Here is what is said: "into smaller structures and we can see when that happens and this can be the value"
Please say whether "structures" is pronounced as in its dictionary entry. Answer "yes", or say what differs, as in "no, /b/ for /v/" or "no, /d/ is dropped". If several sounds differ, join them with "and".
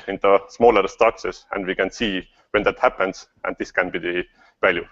no, /s/ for /z/